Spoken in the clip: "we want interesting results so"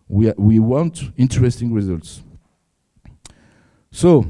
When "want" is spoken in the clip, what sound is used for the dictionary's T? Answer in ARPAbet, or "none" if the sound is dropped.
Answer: T